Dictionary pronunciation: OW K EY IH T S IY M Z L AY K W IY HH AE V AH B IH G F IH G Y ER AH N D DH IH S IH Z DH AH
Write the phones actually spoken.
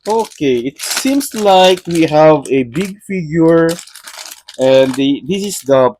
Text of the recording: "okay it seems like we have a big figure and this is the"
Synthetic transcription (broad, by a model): OW K EY IH T S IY M S L AY K W IY HH AE V AH B IH G F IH G Y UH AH N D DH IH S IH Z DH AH